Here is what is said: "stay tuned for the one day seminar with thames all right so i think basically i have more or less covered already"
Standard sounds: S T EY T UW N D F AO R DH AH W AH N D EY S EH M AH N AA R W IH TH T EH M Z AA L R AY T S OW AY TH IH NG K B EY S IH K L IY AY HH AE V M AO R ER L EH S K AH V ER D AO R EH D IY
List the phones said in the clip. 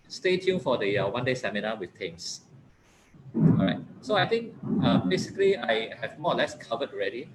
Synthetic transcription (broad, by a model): S T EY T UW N F AO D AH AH W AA N D EY S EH M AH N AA W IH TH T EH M S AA R AY T S OW AY T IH NG K B EY S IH K L IY AY HH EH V M AO L EH S K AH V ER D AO R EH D IY